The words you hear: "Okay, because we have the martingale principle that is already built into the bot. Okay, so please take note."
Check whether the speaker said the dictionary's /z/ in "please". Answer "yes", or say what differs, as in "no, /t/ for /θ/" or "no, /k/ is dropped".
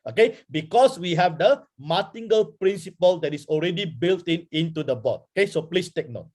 no, /s/ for /z/